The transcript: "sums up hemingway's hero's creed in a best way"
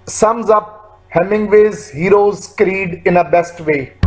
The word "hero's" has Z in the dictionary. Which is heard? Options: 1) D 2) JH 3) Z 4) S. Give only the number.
3